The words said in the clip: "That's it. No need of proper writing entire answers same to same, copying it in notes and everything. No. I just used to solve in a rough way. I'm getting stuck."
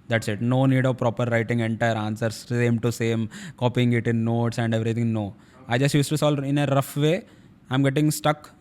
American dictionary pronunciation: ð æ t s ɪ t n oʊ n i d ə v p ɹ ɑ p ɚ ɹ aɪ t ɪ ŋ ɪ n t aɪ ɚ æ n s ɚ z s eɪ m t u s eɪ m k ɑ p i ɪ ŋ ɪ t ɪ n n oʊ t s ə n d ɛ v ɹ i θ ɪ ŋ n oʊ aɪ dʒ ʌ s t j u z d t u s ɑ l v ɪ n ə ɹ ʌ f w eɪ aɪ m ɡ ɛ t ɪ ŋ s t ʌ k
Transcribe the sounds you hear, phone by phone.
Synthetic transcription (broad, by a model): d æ t s ɪ t n oʊ n i d ə v p ɹ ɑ p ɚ ɹ aɪ t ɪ ŋ ɪ n t aɪ ɚ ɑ n s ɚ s s eɪ m t u s eɪ m k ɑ p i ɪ ŋ ɪ t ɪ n n oʊ t s ə n d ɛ v ɹ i t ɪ ŋ n oʊ aɪ dʒ ʌ s t j u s t u s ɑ l ɪ n ə ɹ ʌ f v eɪ aɪ m ɡ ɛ t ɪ ŋ s t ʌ k